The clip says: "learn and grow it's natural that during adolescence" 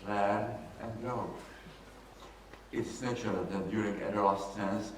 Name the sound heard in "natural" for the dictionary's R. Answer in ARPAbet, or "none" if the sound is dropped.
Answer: none